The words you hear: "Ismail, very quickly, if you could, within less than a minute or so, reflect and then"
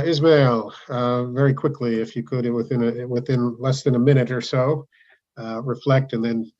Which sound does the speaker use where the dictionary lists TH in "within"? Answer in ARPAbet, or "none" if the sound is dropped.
TH